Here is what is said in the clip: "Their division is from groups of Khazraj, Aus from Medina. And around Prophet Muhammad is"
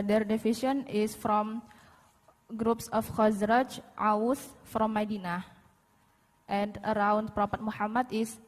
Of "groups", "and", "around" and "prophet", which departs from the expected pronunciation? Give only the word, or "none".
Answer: prophet